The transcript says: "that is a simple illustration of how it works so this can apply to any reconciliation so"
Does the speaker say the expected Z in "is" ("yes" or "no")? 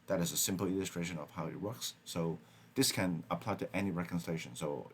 yes